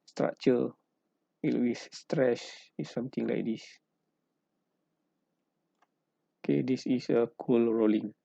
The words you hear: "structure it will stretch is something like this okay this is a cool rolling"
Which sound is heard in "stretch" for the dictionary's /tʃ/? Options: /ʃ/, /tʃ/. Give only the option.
/ʃ/